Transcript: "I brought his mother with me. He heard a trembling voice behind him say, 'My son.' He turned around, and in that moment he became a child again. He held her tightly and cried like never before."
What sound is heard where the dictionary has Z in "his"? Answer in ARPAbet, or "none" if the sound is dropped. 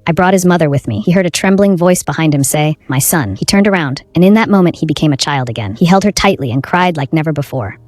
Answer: Z